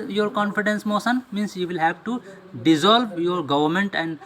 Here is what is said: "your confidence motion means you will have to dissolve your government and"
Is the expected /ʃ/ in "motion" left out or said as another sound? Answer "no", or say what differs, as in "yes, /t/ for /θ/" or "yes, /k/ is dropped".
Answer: yes, /s/ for /ʃ/